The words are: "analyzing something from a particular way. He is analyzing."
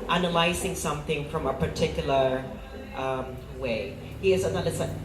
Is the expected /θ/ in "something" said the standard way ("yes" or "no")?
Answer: yes